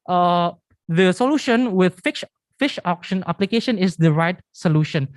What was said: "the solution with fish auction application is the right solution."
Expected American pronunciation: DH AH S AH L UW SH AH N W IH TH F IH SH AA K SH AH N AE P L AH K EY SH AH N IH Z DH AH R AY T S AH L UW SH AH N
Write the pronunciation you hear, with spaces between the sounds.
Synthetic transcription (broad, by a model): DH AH S AH L UW SH AH N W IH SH F IH SH AA K SH AH N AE P L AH K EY SH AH N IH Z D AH R AY T S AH L UW SH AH N